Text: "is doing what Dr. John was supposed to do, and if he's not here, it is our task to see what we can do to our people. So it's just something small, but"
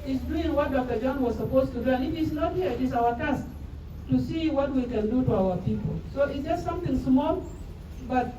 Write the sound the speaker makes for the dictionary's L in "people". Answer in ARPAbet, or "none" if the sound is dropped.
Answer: L